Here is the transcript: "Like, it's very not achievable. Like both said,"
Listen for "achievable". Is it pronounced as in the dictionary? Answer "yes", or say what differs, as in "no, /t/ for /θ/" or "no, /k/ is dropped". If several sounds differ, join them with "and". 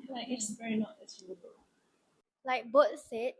no, /s/ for /tʃ/ and /v/ is dropped